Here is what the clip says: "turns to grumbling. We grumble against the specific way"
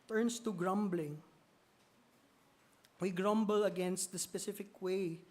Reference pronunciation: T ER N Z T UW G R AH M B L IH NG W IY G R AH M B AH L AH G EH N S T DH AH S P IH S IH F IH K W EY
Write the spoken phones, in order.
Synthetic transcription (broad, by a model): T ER N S T UW G R AH M B L IH NG W IY G R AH M B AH L AH G EH N S T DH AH S P IH S IH F IH K W EY